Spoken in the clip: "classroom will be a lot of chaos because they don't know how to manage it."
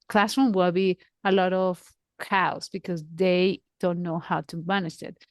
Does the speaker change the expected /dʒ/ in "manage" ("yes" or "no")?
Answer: yes